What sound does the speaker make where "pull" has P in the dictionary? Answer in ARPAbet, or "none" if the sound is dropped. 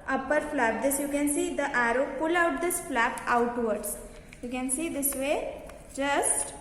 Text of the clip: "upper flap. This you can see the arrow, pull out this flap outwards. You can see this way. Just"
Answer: P